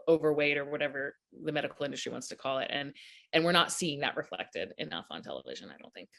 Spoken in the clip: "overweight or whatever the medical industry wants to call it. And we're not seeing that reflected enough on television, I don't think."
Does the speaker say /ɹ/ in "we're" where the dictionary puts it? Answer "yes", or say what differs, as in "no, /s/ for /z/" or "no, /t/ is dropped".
yes